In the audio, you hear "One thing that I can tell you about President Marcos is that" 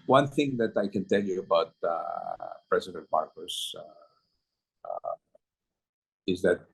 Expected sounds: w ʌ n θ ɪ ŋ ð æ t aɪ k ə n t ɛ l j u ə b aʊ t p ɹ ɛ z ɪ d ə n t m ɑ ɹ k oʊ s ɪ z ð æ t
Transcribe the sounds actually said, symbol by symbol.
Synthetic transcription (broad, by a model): w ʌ n θ ɪ ŋ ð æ t aɪ k ə n t ɛ l j u ə b aʊ t p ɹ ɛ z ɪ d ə n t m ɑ ɹ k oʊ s ɪ z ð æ t